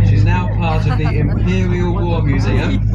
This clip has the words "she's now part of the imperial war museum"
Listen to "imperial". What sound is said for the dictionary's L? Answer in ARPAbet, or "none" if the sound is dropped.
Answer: L